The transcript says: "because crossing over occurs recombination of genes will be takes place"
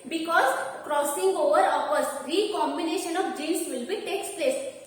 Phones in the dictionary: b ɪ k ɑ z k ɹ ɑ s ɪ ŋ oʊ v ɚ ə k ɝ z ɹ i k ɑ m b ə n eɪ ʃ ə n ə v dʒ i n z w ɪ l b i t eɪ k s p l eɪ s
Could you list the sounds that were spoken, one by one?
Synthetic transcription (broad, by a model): b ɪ k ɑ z k ɹ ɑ s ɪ ŋ oʊ v ɚ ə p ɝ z ɹ i k ɑ m b ə n eɪ ʃ ə n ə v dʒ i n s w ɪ l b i t eɪ k s p l eɪ s